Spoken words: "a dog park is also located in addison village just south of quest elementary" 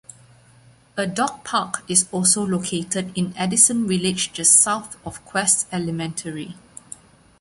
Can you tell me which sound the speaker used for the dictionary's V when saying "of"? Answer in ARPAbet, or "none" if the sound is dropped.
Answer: F